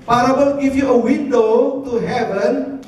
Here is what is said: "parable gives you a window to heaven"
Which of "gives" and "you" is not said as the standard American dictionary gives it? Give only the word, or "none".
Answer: gives